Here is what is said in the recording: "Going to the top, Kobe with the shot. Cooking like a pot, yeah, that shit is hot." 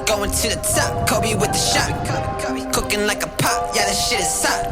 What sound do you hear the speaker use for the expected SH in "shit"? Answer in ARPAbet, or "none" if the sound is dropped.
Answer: SH